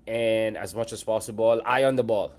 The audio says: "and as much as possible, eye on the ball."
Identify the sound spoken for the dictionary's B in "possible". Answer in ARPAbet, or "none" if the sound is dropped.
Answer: B